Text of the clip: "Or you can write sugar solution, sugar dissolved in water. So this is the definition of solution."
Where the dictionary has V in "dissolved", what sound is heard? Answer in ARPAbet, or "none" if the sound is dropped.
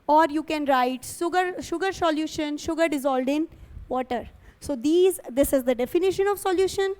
none